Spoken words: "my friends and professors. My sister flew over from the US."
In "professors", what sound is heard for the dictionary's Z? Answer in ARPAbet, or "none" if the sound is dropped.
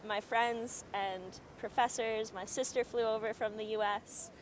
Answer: Z